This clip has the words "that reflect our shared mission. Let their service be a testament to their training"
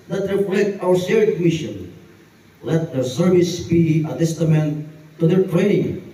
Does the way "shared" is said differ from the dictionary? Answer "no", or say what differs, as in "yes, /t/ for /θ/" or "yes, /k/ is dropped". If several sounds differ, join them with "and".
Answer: yes, /s/ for /ʃ/